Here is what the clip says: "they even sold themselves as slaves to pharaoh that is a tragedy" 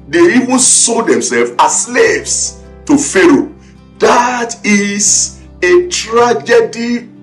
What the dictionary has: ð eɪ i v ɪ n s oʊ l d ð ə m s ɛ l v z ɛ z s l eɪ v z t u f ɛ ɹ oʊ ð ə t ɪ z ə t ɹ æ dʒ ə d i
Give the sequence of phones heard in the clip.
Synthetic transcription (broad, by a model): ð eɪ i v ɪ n s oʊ d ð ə m s ɛ l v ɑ s l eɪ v s t u f ɛ ɹ oʊ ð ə t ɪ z ə t ɹ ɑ dʒ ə d i